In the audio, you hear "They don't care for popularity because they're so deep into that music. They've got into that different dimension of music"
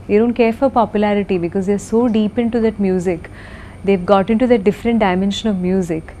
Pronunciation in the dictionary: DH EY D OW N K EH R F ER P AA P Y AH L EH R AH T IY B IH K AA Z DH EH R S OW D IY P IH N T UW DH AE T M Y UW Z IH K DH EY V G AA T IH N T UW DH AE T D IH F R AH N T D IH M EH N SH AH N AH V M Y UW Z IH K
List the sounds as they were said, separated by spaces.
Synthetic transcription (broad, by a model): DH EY D OW N K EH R F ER P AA P Y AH L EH R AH T IY B IH K AA Z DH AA R S OW D IY P IH N T UW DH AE T M Y UW Z IH K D EY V G AA T IH N T UW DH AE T D IH F R AH N T D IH M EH N SH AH N AH V M Y UW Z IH K